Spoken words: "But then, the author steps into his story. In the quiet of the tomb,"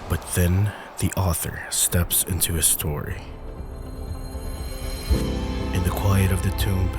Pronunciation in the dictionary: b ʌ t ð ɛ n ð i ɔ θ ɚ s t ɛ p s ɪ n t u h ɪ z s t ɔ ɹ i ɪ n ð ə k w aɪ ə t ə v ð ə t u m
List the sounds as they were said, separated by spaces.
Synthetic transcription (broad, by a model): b ʌ t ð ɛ n ð i ɔ θ ɚ s t ɛ p s ɪ n t u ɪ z s t ɔ ɹ i ɪ n ð ə k w aɪ ə t ə v ð ə t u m